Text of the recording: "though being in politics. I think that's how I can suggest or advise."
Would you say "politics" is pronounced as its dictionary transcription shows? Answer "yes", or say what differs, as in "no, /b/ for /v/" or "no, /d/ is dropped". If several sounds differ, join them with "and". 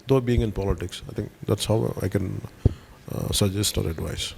yes